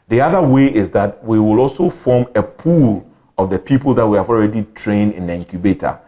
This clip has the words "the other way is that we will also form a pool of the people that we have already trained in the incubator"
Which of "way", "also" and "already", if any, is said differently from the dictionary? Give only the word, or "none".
none